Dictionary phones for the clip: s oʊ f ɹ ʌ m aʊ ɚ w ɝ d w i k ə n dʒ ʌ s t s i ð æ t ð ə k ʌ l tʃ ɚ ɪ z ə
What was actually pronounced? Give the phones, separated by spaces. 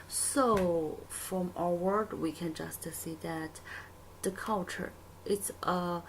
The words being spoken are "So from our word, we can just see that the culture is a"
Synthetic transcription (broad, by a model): s oʊ f ɹ ʌ m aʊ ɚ w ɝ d w i k ə n dʒ ʌ s t s i ð æ t ð ə k ʌ l tʃ ɚ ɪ s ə